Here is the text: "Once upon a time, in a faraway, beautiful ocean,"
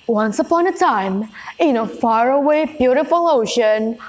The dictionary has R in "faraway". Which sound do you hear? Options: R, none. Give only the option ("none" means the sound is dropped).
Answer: R